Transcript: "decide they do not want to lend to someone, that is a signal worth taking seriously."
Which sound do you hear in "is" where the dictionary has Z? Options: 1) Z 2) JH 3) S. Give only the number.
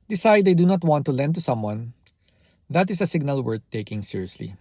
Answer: 3